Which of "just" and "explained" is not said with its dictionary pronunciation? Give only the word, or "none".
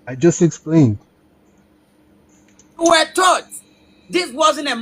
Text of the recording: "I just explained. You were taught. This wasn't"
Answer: none